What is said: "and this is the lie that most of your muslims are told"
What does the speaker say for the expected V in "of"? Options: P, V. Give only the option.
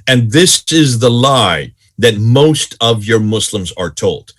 V